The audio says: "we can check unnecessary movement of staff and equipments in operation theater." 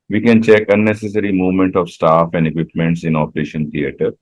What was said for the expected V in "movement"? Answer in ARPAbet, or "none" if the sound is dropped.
V